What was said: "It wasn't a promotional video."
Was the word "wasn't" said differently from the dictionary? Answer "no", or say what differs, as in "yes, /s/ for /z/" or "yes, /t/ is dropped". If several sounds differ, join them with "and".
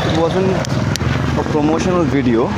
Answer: yes, /t/ is dropped